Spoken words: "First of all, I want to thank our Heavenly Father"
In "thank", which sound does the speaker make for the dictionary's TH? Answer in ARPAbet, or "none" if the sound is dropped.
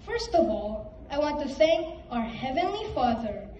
S